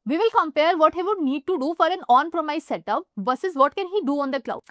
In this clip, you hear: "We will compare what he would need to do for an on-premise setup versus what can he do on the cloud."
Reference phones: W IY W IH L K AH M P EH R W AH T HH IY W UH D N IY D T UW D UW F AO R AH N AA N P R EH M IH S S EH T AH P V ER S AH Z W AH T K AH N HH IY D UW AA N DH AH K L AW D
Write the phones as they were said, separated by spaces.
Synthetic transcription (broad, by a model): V IY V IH L K AH M P EH R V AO T HH IY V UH D N IY D T UW D UW F AO R AH N AA N P R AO M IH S S EH T AH P B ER S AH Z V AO T K AH N HH IY D UW AA N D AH K L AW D